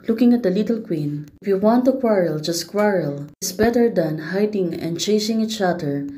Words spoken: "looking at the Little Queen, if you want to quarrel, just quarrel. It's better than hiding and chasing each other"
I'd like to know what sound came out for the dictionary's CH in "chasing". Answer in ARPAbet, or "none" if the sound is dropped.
CH